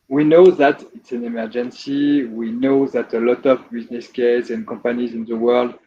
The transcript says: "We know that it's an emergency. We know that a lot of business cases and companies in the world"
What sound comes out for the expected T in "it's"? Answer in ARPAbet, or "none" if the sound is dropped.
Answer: T